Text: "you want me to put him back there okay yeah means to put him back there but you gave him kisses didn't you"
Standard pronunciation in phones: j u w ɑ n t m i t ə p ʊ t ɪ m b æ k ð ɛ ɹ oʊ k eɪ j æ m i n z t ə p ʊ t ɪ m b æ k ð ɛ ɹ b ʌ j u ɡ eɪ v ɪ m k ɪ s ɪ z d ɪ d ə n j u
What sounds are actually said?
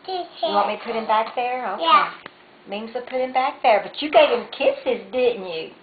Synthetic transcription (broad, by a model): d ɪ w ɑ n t m i p ʊ t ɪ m b æ k ð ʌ ɹ oʊ ʊ j æ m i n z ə p ʊ t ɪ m b æ k ð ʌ ɹ b ʌ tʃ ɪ ɡ eɪ v ɪ m k ɪ s ɪ z d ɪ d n j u